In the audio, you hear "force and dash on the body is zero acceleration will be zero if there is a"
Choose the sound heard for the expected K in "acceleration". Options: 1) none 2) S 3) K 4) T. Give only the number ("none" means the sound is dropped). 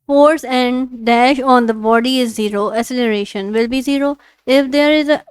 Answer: 1